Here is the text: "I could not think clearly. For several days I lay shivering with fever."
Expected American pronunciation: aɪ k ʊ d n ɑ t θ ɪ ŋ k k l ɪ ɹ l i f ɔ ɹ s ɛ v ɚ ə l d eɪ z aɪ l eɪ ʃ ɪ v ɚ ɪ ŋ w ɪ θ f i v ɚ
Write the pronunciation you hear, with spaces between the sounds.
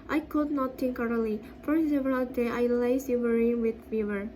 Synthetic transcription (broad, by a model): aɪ k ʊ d n ɑ t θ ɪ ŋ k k ɑ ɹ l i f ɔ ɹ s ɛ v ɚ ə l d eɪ aɪ l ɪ s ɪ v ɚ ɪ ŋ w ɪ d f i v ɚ